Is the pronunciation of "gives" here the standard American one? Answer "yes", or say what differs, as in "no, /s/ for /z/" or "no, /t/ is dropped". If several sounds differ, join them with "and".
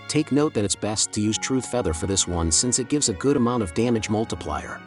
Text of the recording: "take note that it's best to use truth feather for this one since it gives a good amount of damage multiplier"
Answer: yes